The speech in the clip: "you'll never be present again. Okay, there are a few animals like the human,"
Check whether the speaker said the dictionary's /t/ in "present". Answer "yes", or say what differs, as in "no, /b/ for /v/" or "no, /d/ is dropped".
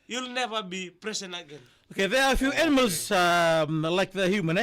no, /t/ is dropped